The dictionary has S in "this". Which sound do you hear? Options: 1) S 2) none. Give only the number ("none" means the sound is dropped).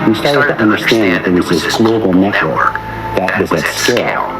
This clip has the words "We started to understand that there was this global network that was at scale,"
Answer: 2